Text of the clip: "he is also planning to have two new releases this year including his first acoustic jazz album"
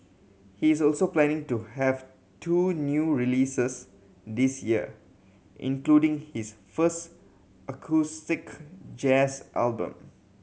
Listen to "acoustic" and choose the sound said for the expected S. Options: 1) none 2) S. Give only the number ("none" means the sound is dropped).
2